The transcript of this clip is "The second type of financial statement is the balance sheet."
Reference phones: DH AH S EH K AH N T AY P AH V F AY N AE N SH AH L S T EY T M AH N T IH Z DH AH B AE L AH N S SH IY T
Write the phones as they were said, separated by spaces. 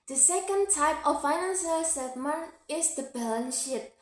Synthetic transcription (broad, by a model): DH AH S EH K AH N T AY P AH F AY N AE N S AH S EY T M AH N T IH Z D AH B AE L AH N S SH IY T